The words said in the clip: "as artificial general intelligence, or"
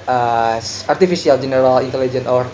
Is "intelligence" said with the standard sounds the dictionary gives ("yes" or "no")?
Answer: no